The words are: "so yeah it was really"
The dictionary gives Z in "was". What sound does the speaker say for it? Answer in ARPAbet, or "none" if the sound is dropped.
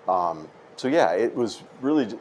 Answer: Z